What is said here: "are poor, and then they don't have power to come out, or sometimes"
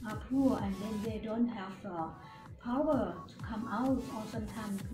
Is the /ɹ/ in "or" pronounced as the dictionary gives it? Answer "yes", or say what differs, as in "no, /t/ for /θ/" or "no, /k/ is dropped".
no, /l/ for /ɹ/